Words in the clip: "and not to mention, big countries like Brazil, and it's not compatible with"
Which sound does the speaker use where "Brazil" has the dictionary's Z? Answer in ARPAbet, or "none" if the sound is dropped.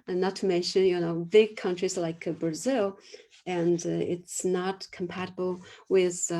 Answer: Z